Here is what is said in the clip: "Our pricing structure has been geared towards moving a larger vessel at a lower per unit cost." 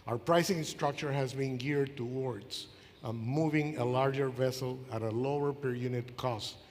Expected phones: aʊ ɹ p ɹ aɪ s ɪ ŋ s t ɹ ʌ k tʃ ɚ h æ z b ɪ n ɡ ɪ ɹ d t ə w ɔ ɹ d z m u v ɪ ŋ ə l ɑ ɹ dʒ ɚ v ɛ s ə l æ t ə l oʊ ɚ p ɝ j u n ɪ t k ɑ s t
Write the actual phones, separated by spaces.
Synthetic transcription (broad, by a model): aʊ ɹ p ɹ aɪ s ɪ ŋ s t ɹ ʌ k tʃ ɚ h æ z b ɪ n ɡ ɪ ɹ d t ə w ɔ ɹ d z m u v ɪ ŋ ə l ɑ ɹ dʒ ɚ v ɛ s ə l æ t ə l oʊ ɚ p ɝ j u n ɪ t k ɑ s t